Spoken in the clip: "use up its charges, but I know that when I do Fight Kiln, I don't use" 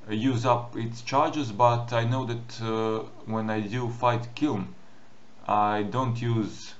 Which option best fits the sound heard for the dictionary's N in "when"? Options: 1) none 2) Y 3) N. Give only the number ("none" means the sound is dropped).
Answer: 3